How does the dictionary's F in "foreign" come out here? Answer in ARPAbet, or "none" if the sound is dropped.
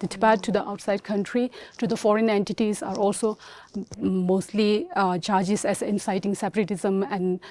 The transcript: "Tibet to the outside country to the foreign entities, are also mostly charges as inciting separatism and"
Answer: F